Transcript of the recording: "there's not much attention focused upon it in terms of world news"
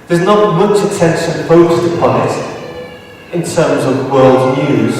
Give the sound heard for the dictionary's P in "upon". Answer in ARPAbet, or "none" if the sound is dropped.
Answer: P